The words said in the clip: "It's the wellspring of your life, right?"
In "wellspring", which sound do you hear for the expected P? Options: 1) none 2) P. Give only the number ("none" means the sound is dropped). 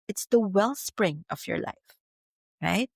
2